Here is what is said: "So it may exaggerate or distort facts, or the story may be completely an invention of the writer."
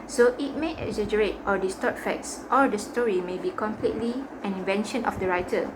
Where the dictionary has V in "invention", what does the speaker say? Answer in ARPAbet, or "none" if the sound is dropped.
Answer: V